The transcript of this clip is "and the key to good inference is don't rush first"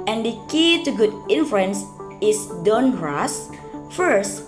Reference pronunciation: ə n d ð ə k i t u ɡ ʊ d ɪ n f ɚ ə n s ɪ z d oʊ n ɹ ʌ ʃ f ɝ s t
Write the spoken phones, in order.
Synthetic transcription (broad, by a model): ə n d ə k i t u ɡ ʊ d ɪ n f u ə n s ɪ s d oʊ n ɹ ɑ s f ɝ s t